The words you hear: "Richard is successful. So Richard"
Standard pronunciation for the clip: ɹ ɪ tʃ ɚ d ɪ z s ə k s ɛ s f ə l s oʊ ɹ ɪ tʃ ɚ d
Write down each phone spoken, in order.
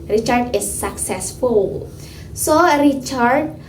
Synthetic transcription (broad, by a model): ɹ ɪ tʃ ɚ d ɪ s ə k s ɛ s f ə l s oʊ ɹ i tʃ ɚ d